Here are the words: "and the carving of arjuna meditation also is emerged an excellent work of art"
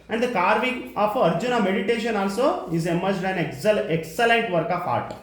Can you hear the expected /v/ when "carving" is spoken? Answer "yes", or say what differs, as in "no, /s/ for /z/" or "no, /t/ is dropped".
yes